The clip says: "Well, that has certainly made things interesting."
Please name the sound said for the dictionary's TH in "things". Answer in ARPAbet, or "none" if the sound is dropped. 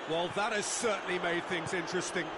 TH